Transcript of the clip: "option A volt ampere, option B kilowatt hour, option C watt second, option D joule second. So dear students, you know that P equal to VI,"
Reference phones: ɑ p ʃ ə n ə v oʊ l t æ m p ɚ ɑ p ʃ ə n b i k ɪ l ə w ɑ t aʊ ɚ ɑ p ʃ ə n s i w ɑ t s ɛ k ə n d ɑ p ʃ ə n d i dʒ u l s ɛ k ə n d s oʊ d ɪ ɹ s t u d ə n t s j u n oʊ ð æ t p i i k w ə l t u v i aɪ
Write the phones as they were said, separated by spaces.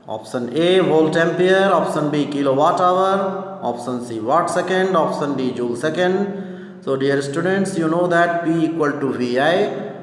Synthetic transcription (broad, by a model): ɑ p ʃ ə n ə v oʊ l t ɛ m p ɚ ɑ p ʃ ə n b i k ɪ l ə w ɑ t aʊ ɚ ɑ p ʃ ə n s i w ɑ t s ɛ k ə n d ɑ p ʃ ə n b i dʒ u l s ɛ k ə n d s oʊ d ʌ ɹ s t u d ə n t s j u n oʊ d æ t b i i k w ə l t u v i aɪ